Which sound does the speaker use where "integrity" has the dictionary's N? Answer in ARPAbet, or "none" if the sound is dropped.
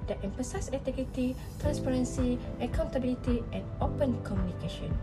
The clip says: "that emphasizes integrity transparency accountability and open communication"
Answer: none